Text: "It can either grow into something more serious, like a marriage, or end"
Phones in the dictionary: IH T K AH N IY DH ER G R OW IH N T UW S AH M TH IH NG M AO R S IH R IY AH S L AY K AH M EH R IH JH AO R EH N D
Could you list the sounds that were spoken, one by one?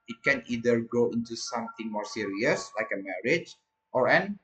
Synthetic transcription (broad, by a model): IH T K AH N IY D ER G OW IH N T UW S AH M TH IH NG M AO R S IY R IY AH S L AY K AH M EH R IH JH AO R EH N